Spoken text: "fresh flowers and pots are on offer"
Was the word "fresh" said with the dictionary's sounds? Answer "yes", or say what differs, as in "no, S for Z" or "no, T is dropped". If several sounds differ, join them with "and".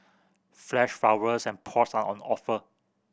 no, L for R